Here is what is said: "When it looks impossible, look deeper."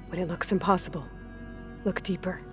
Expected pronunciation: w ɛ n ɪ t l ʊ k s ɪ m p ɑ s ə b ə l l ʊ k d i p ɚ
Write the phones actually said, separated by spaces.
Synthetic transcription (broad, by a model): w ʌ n ɪ t l ʊ k s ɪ m p ɑ s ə b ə l l ʊ k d i p ɚ